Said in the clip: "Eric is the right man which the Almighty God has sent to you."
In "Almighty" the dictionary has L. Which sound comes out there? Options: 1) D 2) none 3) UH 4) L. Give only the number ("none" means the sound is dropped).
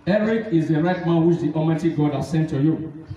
2